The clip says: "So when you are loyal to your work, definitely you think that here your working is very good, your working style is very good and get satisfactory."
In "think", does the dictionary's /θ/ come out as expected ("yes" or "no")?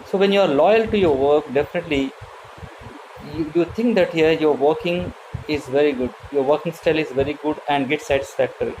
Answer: no